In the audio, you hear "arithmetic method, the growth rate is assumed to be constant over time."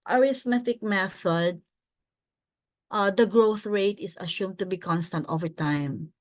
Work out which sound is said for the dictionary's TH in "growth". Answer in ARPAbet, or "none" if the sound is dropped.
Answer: TH